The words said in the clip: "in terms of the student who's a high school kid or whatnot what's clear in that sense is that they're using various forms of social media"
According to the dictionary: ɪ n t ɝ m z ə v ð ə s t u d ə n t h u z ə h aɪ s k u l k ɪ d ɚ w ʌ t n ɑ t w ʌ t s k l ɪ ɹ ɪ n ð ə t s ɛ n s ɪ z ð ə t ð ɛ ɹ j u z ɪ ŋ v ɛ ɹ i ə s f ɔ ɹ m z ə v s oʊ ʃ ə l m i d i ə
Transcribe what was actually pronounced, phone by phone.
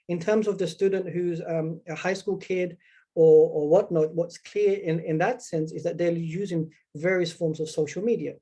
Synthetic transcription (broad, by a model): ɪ n t ɝ m z ə v ð ə s t u d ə n t h u z ə h aɪ s k u l k ɪ d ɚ w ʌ t n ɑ t w ʌ t s k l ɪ ɹ ɪ n ð ə t s ɛ n s ɪ z ð ə t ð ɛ j u z ɪ ŋ v ɛ ɹ i ə s f ɔ ɹ m z ə v s oʊ ʃ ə l m i d i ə